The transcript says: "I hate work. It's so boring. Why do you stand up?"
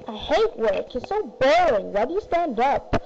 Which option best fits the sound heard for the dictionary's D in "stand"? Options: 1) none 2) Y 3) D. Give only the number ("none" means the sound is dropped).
3